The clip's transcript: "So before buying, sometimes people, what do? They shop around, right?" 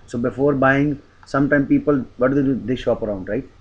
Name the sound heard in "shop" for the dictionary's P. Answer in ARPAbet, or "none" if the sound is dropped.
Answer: P